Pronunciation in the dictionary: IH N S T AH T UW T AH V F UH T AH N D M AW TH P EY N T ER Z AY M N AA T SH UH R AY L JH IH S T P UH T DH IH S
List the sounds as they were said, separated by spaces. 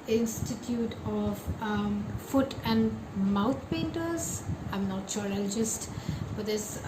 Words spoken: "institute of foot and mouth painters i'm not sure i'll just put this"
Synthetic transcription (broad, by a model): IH N S T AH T UW T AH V F UH T AH N D M AW T P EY N T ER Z AY M N AA T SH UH R AY L JH IH S T F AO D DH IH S